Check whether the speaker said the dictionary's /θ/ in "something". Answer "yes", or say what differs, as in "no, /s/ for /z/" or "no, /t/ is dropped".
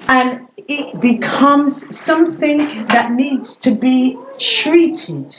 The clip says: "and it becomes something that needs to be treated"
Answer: yes